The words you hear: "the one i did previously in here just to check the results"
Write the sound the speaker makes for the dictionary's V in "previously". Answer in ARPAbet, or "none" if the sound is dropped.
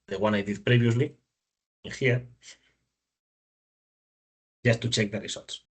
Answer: B